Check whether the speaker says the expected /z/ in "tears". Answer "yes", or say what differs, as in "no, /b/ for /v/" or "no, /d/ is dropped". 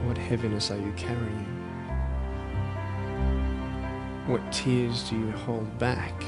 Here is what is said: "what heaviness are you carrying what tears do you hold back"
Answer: yes